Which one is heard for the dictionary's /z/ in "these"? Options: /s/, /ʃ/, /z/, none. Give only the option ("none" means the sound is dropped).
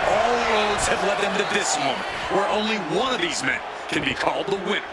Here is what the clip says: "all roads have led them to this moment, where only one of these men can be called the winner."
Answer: /z/